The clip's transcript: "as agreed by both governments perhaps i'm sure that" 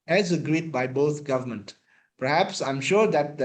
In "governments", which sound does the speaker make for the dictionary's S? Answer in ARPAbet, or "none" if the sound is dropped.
none